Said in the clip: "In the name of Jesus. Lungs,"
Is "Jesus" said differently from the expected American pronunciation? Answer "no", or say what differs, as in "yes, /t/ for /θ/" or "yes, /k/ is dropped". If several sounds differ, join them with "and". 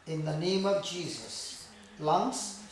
no